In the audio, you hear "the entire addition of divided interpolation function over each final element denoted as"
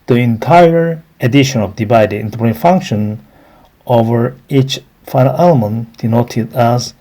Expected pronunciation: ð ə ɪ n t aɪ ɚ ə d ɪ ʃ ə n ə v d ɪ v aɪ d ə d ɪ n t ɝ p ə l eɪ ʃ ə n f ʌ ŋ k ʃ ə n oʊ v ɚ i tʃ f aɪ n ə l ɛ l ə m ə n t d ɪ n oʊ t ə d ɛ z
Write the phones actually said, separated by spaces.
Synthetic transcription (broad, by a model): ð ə ɪ n t aɪ ɚ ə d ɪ ʃ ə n ə v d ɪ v aɪ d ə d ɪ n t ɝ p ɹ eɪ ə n f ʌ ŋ k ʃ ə n oʊ v ɚ i tʃ f aɪ n ə l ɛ l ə m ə n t d ɪ n oʊ t ə d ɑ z